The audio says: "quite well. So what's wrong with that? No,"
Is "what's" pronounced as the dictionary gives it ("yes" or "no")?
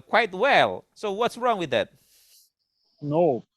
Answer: yes